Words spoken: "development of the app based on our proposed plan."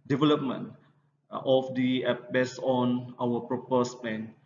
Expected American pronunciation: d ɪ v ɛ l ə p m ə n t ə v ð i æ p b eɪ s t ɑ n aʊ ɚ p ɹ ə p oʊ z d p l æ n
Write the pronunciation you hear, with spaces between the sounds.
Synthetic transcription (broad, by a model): d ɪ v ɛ l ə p m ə n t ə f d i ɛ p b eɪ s ɑ n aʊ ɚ p ɹ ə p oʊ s p l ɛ n